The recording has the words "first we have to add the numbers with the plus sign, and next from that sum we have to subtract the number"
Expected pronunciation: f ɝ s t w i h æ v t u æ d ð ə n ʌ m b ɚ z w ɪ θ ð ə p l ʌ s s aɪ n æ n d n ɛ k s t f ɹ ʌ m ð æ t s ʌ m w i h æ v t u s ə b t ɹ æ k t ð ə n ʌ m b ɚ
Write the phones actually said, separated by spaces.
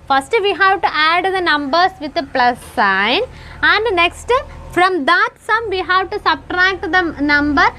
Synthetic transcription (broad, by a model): f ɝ s t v i h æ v t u æ d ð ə n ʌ m b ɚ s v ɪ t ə p l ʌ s s aɪ n æ n d n ɛ k s t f ɹ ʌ m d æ t s ʌ m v i h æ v t u s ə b t ɹ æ k t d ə n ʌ m b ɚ